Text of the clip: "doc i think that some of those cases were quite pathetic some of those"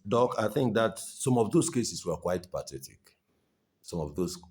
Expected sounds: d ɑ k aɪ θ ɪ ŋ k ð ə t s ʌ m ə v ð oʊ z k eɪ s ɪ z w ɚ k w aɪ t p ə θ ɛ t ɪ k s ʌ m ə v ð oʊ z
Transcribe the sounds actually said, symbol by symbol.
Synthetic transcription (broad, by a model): d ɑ k aɪ θ ɪ ŋ k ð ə t s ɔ m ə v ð oʊ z k eɪ s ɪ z w ɚ k w aɪ t p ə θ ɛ t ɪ k s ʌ m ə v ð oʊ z